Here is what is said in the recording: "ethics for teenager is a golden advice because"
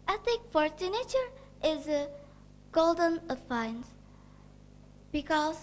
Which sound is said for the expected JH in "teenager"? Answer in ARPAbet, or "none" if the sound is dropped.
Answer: CH